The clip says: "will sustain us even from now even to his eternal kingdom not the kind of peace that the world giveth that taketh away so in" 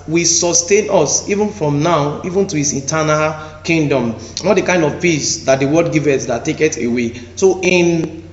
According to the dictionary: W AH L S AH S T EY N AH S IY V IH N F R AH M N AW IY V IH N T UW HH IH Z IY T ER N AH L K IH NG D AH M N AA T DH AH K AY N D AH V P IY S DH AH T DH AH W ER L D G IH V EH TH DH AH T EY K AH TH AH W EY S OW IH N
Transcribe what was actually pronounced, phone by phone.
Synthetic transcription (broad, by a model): W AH S AH S T EY N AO S IY V IH N F R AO M N AW IY V IH N T UW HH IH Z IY T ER N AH L K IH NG D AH M N AA T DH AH K AY N D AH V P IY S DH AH T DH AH W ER D G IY V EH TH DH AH T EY K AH T AH W EY S OW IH N